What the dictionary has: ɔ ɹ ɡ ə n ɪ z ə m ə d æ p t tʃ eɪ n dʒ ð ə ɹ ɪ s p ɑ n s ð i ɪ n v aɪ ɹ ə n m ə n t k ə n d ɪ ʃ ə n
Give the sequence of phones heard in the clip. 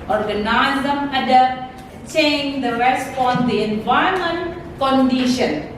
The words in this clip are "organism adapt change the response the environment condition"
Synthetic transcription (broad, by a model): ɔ ɹ ɡ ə n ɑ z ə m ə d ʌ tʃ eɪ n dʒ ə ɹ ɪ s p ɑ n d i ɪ n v aɪ ə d m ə n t k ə n d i ʃ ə n